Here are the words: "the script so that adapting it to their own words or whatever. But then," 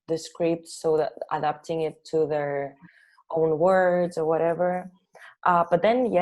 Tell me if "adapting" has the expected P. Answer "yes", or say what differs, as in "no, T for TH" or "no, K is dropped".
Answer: yes